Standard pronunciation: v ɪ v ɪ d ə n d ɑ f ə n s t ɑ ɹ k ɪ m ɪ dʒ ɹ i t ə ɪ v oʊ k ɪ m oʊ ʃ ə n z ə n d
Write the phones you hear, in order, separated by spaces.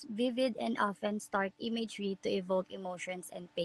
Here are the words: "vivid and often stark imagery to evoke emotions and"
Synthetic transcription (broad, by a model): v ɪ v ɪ d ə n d ɑ f ə n s t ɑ ɹ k ɪ m ɪ dʒ ɹ i t ə ɪ v oʊ k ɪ m oʊ ʃ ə n s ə n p